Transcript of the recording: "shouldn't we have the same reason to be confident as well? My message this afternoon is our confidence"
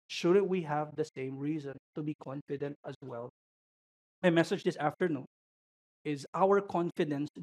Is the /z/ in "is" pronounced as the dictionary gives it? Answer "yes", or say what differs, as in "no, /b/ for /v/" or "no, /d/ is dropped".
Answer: yes